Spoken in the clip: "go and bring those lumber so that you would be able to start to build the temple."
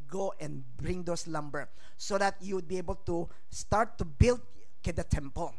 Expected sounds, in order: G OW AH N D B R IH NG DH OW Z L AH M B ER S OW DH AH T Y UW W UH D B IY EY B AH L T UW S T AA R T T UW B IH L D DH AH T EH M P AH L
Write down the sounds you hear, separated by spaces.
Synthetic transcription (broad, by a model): G OW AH N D B R IH NG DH OW S L AH M B ER S OW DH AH T Y UW W UH D B IY EY B AH L T UW S T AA R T T UW B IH L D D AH T EH M P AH L